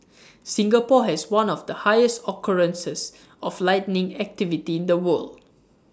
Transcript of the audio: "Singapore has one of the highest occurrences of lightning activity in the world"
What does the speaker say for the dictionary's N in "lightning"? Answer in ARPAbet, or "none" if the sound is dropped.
N